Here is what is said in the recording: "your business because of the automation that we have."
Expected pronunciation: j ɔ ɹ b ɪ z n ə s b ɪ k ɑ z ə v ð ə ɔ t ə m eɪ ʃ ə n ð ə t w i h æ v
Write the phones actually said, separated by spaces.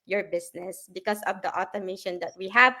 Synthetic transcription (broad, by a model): j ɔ ɹ b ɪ s n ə s b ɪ k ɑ s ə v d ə ɔ t ə m eɪ ʃ ə n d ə t w i h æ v